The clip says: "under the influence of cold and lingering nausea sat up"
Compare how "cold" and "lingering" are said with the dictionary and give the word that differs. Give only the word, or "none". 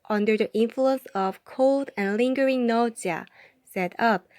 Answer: none